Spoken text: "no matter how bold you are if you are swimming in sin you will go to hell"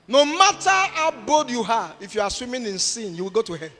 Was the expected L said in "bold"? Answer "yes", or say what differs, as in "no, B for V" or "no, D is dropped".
no, L is dropped